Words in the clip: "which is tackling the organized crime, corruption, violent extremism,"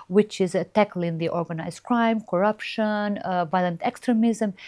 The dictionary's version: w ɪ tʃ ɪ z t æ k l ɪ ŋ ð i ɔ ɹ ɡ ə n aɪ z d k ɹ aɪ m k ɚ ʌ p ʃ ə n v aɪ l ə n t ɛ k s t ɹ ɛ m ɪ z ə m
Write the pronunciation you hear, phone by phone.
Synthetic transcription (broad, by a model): w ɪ tʃ ɪ z t æ k l ɪ ŋ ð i ɔ ɹ ɡ ə n aɪ z d k ɹ aɪ m k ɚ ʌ p ʃ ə n v aɪ l ə n t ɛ k s t ɹ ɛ m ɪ z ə m